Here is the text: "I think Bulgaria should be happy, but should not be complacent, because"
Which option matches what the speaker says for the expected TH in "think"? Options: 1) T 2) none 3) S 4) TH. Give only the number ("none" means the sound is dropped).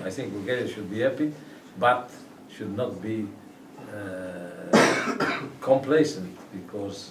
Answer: 4